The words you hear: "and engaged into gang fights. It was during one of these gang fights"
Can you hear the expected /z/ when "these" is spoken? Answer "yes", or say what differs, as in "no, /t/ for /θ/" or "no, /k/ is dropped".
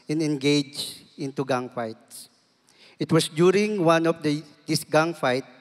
no, /s/ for /z/